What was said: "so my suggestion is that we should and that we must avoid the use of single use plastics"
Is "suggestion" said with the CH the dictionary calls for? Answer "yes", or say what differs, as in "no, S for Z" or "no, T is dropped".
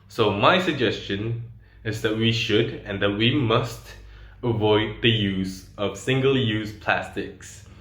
yes